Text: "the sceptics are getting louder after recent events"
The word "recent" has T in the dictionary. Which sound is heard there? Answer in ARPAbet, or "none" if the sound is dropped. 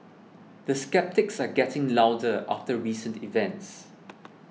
T